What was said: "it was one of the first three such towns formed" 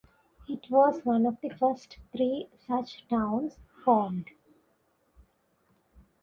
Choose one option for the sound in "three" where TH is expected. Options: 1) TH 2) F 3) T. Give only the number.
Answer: 3